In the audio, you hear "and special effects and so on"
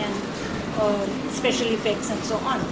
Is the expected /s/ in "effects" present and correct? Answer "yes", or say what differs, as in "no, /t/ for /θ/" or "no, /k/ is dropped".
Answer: yes